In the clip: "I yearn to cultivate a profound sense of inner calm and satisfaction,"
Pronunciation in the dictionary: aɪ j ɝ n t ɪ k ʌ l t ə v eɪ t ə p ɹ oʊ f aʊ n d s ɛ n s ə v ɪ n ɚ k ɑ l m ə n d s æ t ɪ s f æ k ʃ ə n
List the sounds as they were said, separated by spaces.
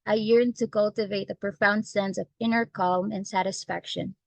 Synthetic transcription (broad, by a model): aɪ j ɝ n t ɪ k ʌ l t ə v eɪ t ə p ɹ oʊ f aʊ n d s ɛ n s ə v ɪ n ɚ k ɑ l m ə n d s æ t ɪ s f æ k ʃ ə n